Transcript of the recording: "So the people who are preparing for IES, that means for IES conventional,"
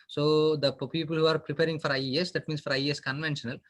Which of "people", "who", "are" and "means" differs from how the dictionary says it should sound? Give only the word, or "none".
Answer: means